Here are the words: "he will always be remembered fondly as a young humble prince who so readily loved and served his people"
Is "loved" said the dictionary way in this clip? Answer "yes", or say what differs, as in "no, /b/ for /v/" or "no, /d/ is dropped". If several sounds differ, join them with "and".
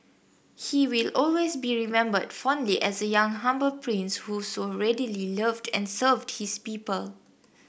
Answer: yes